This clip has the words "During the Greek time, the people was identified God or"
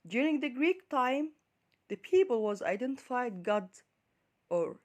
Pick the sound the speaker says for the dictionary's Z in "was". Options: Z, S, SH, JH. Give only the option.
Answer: Z